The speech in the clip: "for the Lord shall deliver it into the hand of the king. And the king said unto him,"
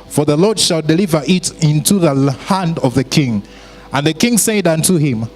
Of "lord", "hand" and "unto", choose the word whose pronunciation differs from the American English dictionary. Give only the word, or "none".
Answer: none